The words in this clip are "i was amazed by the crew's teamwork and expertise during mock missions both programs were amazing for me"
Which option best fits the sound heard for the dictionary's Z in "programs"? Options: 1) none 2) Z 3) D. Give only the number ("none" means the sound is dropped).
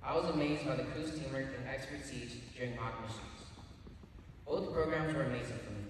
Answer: 2